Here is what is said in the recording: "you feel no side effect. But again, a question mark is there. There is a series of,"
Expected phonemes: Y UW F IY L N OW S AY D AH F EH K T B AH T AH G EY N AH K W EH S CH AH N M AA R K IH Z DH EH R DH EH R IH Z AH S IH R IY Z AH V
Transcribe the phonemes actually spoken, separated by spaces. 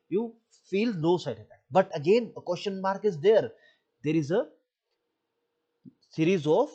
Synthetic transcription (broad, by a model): Y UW F IY L L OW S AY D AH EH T B AH T AH G EY N AH K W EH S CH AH N M AA R K IH Z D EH R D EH R IH Z AH S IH R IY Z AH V